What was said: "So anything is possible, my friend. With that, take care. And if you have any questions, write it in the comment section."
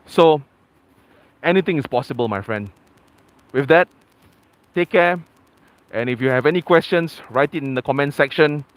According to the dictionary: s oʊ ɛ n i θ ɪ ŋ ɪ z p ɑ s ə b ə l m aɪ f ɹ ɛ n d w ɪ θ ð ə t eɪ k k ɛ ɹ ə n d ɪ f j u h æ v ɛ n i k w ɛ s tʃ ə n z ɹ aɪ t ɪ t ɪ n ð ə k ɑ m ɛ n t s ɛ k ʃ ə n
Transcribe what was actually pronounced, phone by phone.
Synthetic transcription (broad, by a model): s oʊ ɛ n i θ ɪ ŋ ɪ s p ɑ s ə b ə l m aɪ f ɹ ɛ n d w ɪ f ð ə t eɪ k k ɛ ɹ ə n ɪ f j u h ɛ v ɛ n i k w ɛ s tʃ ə n s ɹ aɪ t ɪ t ɪ n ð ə k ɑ m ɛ n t s ɛ k ʃ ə n